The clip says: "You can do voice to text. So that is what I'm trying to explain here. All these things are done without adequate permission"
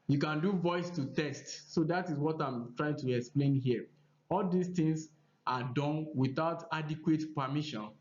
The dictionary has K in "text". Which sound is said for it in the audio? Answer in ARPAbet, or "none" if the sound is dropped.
none